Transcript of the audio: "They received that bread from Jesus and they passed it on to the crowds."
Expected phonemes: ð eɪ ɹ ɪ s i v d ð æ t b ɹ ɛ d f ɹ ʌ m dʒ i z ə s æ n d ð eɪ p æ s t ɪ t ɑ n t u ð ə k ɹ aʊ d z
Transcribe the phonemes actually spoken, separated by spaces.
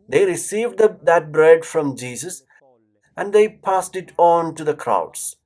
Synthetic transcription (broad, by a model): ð eɪ ɹ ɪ s i v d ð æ t b ɹ ɛ d f ɹ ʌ m dʒ i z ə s æ n d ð eɪ p æ s t ɪ t ɑ n t u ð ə k ɹ aʊ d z